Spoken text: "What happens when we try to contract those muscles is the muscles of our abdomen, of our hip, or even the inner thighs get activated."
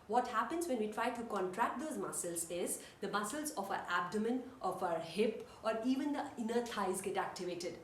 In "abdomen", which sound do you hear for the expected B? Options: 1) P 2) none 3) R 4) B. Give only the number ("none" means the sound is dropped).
4